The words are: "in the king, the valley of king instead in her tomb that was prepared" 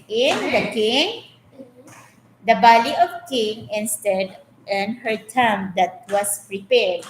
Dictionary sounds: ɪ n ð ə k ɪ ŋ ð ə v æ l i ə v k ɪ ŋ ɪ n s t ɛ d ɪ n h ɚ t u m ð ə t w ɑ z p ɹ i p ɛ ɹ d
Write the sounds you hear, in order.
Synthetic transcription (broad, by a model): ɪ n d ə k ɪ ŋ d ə b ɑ l i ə f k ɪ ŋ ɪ n s t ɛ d ɪ n h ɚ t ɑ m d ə t w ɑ s p ɹ i p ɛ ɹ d